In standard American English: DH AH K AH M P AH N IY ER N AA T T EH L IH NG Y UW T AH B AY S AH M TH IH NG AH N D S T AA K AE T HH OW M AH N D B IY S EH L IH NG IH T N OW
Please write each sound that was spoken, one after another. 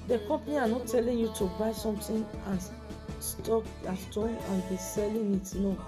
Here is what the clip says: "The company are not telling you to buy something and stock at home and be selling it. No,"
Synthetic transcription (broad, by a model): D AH K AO M P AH N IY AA N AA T T EH L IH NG Y UW T AH B AY S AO M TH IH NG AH N S T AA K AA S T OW AH N B IY S EH L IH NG IH T N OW